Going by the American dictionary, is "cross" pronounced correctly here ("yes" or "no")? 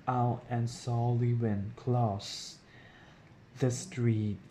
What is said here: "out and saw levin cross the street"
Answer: no